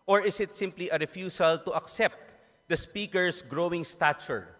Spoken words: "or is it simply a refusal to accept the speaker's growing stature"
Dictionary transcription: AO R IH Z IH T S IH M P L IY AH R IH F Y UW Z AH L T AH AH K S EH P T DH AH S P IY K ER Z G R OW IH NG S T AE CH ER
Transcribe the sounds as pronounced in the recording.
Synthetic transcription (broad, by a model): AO R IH S IH T S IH M P L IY AH R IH F Y UW S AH L T AH AH K S EH P T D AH S P IY K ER S G R OW IH NG S T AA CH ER